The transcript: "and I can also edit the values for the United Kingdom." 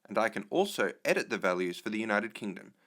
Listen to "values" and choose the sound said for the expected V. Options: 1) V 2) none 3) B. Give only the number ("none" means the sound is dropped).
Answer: 1